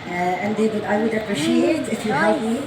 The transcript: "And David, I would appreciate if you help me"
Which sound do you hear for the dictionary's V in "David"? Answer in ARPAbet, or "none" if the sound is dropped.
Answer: W